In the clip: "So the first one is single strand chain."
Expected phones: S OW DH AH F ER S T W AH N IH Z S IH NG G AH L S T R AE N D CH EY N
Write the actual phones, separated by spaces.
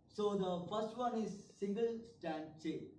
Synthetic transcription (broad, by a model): S OW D AH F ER S T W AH N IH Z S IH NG G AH L S T AE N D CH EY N